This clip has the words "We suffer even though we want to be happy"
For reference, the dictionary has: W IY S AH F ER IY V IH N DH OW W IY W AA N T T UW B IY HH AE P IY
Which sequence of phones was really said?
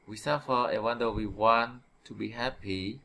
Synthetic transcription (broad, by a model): W IY S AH F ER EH W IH N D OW W IY W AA N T T UW B IY HH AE P IY